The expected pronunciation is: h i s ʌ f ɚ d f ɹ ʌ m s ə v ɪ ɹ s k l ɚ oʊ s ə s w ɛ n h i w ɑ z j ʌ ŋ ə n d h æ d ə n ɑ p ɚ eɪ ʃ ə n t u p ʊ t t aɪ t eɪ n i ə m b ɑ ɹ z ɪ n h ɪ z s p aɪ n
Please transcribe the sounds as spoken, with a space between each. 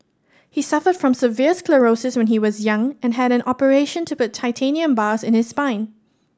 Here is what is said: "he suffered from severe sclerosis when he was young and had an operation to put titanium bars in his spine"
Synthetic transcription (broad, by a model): h i s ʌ f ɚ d f ɹ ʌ m s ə v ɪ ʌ s k l ɚ oʊ s ə s w ɛ n h i w ɑ z j ʌ ŋ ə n h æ d ə n ɑ p ɚ eɪ ʃ ə n t u p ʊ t t aɪ t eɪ n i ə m b ɑ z ɪ n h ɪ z s p aɪ n